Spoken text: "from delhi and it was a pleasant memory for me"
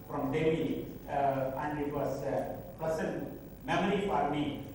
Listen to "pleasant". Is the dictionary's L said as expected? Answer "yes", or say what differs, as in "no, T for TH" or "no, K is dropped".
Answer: no, L is dropped